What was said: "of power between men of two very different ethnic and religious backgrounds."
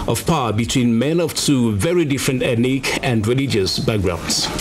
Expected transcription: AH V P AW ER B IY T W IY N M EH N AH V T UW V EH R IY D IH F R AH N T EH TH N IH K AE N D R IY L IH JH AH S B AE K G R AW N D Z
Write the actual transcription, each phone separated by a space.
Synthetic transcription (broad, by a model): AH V P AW B IY T W IY N M EH N AH V T UW V EH R IY D IH F R AH N T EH T N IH K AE N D R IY L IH JH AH S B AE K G R AW N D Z